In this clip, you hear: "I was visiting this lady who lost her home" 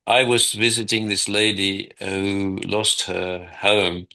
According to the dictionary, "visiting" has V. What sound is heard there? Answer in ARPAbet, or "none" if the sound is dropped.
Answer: V